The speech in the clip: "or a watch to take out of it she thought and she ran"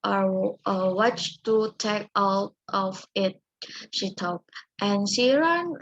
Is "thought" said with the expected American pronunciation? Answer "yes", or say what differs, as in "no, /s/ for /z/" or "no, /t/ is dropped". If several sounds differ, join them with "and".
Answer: no, /t/ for /θ/